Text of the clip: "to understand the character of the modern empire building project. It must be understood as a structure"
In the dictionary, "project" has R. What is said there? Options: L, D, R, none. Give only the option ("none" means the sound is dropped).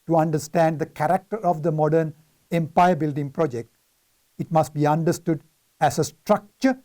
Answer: R